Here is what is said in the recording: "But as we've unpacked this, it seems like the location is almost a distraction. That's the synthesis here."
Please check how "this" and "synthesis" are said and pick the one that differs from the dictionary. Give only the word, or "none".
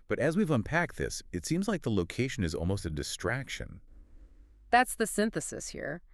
none